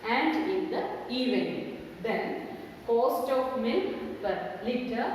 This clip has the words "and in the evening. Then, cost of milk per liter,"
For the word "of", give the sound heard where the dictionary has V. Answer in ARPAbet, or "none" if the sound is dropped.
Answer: P